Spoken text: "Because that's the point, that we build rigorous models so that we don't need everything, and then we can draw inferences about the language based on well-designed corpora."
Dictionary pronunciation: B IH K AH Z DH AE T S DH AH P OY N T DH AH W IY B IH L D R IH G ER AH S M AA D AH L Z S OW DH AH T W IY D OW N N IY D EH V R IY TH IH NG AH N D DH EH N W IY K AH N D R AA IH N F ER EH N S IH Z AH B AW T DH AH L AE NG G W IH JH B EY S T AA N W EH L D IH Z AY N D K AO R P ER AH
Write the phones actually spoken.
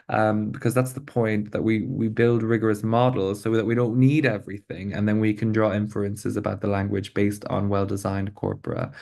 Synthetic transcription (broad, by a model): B IH K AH Z DH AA T S DH AH P OY N T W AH W IY B IH L D R IH G ER AH S M AA D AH L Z S OW DH AH T W IY D OW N N IY D EH V R IY TH IH NG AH N DH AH N W IY K AH N D R AA IH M F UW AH N S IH Z AH B AW T DH AH L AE NG G W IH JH B EY S T N W EH L D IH Z AY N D K AO R P ER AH